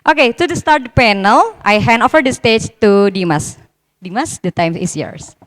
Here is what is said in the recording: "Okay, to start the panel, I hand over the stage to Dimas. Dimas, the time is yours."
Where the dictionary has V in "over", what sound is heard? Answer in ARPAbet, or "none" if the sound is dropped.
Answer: F